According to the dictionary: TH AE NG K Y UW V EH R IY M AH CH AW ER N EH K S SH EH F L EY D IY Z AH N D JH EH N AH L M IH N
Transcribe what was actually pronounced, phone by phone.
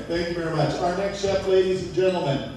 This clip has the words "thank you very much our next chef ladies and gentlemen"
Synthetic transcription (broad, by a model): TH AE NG K Y UW V EH R IY M AH CH AW ER N EH K S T EH P L EY D IY Z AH N JH EH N L M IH N